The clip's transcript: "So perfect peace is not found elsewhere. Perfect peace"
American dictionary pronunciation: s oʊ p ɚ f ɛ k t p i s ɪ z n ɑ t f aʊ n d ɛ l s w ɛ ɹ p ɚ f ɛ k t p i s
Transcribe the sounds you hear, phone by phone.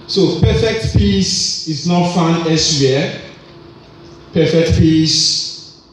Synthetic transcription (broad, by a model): s oʊ p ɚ f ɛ k t p i s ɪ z n ɑ t f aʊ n ɛ s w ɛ p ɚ f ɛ k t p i s